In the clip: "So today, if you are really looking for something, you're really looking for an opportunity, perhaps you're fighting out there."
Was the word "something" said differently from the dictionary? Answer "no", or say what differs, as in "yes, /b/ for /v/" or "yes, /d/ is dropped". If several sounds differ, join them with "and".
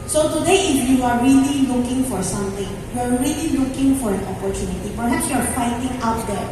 yes, /t/ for /θ/